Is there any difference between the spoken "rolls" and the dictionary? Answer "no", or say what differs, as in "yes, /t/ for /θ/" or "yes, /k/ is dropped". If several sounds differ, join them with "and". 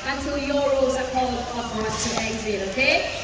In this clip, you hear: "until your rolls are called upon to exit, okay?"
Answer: yes, /l/ is dropped